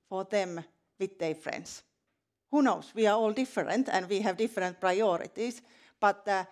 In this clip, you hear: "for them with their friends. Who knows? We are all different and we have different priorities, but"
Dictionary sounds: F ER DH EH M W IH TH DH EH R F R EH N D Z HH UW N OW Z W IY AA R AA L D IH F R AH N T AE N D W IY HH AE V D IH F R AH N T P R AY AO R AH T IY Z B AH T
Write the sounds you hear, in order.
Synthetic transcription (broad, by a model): F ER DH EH M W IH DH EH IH F R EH N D S HH UW N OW S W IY AA R AA L D IH F R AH N T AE N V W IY HH AE V D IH F R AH N T P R AY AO R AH T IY S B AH T